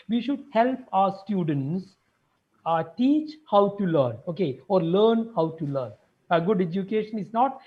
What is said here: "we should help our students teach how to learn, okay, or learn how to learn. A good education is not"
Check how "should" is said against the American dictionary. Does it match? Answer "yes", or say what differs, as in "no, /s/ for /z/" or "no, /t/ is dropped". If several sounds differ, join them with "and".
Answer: yes